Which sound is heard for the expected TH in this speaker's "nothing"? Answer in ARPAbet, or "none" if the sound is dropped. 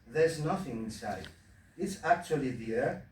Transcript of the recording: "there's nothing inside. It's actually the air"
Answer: TH